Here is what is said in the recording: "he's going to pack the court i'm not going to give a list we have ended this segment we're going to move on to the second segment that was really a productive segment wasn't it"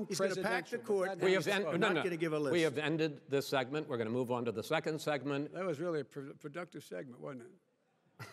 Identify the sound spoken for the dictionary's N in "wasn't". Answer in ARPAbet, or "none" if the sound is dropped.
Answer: none